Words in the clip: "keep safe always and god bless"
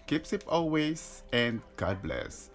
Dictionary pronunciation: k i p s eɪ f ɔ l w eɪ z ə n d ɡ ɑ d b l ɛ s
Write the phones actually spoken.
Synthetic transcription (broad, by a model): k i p s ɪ p ɔ l w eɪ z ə n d ɡ ɑ d b l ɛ s